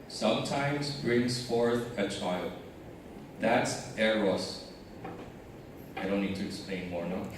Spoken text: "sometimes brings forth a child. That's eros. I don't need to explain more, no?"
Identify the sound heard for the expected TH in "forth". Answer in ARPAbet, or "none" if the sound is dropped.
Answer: TH